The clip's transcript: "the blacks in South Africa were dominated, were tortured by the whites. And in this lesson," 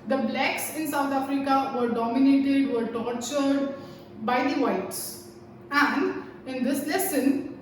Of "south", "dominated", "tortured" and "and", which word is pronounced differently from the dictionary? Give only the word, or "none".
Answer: south